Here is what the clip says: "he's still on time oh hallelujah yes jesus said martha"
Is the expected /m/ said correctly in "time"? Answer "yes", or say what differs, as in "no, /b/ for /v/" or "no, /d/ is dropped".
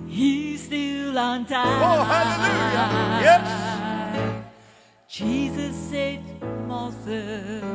no, /m/ is dropped